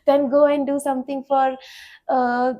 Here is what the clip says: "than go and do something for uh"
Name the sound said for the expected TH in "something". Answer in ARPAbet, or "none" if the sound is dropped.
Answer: T